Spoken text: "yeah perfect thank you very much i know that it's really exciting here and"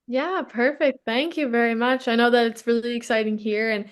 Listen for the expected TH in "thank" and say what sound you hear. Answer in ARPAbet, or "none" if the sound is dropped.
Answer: TH